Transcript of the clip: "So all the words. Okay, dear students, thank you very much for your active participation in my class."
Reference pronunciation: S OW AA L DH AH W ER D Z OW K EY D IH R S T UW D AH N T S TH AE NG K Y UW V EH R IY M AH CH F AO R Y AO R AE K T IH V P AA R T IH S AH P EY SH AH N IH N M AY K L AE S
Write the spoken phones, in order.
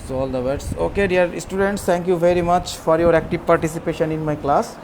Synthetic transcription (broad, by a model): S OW AA L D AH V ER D S OW K EY D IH R S T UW D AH N T S T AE NG K Y UW V EH R IY M AH CH F AO R Y AO R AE K T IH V P AA R T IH S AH P EY SH AH N IH N M AY K L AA S